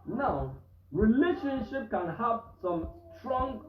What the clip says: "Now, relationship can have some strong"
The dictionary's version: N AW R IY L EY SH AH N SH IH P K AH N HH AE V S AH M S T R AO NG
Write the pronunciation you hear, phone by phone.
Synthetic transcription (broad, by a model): N AW R IY L EY SH AH N SH IH P K AH N HH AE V S AH M S T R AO NG